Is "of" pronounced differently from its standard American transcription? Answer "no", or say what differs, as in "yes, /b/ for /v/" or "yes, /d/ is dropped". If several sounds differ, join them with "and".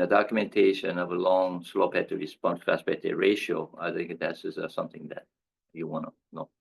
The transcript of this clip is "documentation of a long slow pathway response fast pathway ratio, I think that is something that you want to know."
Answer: no